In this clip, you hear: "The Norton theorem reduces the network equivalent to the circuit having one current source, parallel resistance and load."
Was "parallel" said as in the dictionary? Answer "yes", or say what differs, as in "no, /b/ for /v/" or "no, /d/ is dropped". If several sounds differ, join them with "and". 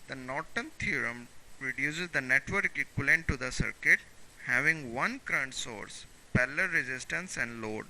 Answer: no, /l/ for /ɹ/